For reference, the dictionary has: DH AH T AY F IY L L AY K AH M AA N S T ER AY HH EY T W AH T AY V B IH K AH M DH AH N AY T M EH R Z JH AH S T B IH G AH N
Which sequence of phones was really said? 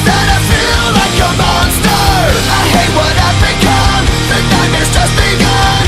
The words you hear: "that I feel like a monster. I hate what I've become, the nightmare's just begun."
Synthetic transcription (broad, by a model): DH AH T AY F IY L L AY K AH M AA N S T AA AY HH EY T W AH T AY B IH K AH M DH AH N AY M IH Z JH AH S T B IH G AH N